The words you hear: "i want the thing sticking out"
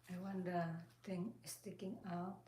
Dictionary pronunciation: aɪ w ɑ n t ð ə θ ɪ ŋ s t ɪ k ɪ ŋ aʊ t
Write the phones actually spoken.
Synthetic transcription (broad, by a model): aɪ w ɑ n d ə t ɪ ŋ s t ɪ k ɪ ŋ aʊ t